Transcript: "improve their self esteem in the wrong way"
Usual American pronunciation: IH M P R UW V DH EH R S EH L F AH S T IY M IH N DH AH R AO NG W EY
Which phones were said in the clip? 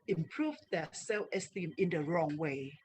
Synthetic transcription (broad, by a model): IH M P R UW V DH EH S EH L AH S T IY M IH N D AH R AO NG W EY